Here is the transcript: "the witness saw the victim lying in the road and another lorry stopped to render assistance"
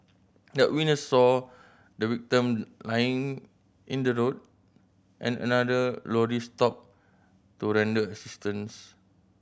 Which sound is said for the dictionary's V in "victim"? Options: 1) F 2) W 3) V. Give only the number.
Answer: 2